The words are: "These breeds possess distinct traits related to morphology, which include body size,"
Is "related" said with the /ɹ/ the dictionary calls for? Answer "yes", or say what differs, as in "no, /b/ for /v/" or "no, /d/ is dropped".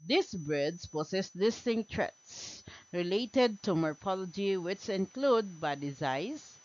yes